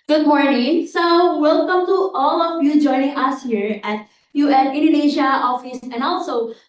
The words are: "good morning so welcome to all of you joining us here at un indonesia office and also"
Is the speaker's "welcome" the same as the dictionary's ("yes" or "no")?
yes